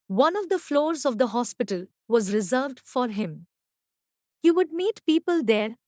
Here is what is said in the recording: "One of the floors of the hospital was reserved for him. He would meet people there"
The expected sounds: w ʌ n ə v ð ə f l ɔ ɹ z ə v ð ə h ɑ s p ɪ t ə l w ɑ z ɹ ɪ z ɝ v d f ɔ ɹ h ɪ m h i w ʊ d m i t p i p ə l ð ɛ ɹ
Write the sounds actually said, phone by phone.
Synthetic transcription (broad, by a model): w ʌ n ə v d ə f l ɔ ɹ z ə v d ə h ɑ s p ɪ t ə l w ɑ z ɹ ɪ z ɝ v d f ɔ ɹ h ɪ m h i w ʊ d m i t p i p ə l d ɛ ɹ